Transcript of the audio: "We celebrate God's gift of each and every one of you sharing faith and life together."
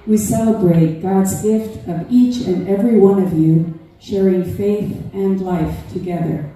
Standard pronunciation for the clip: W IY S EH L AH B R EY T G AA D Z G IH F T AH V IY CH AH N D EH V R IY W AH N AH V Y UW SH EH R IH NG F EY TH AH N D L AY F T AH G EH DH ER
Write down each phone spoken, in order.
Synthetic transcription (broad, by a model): W IY S EH L AH B R EY T G AA D Z G IH F T AH V IY CH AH N EH V R IY W AH N AH V Y UW SH EH R IH NG F EY TH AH N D L AY F T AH G EH DH ER